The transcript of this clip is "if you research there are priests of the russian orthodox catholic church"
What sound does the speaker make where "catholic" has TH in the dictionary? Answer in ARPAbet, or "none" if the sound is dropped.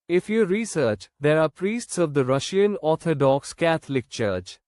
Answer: T